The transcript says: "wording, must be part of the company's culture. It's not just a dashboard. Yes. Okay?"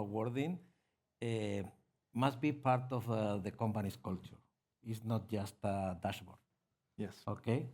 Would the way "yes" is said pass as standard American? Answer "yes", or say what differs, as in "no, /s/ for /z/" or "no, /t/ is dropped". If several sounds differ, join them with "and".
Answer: yes